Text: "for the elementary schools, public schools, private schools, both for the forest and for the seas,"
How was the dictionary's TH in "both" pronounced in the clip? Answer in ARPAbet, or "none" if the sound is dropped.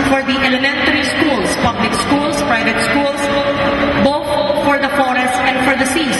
T